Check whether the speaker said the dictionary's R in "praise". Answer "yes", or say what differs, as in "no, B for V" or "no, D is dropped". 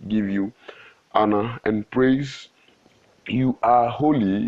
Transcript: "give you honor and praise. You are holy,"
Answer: yes